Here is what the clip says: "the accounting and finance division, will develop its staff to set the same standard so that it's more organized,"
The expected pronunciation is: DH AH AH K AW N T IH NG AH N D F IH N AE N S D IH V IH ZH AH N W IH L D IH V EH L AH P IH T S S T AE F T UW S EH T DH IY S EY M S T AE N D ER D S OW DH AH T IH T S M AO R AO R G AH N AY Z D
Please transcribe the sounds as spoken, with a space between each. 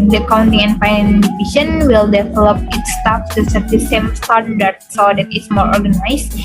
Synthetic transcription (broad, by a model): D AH AH K AW N T IH NG AH N D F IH IH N D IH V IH SH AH N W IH L D IH V EH L AH P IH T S S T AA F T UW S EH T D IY S EY M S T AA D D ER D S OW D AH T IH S M AO R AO R G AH N AY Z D